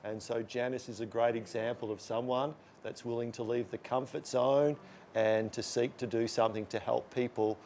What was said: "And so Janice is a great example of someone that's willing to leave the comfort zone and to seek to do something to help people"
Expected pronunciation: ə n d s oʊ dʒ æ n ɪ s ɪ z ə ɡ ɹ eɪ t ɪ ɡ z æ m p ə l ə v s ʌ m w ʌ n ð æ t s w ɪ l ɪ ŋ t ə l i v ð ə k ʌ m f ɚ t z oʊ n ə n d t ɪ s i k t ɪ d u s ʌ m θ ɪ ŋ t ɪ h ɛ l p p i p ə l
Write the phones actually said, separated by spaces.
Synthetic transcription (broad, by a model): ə n s oʊ dʒ æ n ɪ s ɪ z ə ɡ ɹ eɪ t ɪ ɡ z æ m p l ə v s ʌ m w ʌ n ð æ t s w ɪ l ɪ ŋ t ə l i v ð ə k ʌ m f ɚ t s oʊ n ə n t ɪ s i k t ɪ d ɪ s ʌ m θ ɪ ŋ t ɪ h ɛ l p p i p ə l